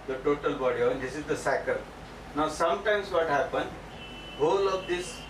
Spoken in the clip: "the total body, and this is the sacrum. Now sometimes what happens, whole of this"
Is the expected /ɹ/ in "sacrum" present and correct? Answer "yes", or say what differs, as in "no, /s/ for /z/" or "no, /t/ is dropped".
no, /ɹ/ is dropped